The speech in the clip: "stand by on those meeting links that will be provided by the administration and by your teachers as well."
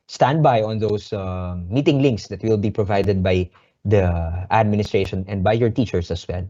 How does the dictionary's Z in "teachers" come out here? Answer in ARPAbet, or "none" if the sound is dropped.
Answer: S